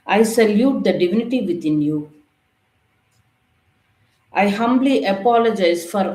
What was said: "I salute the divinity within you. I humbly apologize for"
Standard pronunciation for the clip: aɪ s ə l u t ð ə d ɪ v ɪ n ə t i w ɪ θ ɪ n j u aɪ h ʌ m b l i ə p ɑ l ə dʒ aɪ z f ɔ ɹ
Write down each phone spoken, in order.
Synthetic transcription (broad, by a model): aɪ s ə l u t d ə d ɪ v ɪ n ə t i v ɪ t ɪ n j u aɪ h ʌ m b l i ə p ɑ l ə dʒ aɪ z f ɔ ɹ